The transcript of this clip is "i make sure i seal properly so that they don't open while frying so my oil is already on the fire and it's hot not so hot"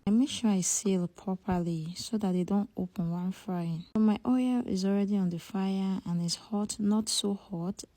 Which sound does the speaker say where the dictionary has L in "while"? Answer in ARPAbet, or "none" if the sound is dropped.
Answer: N